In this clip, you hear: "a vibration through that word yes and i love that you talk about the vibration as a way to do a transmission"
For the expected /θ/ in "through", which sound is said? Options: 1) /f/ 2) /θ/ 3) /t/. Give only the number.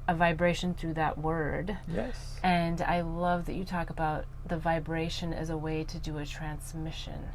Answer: 2